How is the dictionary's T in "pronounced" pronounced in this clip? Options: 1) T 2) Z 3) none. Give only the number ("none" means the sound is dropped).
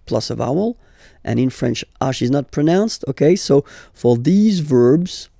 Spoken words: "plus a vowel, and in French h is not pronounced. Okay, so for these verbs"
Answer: 1